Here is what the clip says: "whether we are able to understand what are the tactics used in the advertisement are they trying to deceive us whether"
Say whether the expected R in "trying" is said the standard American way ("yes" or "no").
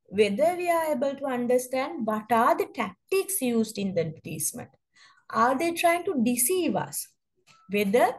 yes